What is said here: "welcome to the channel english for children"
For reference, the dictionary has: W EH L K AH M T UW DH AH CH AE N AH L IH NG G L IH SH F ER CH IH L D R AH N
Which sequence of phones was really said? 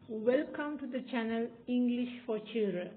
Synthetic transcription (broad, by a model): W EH L K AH M T UW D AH CH AE N AH L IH NG G L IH SH F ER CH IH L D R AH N